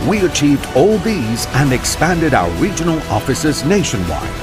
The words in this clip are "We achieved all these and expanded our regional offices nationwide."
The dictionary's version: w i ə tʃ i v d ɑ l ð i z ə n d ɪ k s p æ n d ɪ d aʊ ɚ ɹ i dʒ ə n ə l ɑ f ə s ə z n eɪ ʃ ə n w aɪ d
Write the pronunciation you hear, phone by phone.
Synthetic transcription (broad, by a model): w i ə tʃ i v d ɑ l ð i z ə n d ɪ k s p æ n d ɪ d aʊ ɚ ɹ i dʒ ə n ə l ɑ f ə s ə z n eɪ ʃ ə n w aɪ